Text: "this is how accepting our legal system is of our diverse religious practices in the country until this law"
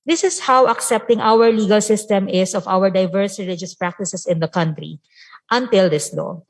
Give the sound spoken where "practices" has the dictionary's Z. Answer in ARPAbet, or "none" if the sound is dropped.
S